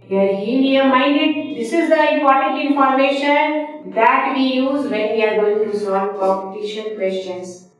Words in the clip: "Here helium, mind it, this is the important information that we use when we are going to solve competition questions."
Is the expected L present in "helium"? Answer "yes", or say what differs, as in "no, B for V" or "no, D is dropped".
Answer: no, N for L